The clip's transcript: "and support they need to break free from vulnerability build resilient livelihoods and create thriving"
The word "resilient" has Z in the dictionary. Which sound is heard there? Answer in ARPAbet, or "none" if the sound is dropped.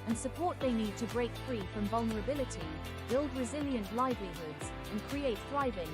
Z